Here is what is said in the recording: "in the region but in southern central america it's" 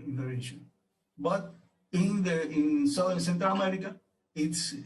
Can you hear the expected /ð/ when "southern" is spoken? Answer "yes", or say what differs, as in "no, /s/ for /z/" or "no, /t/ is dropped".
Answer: no, /ð/ is dropped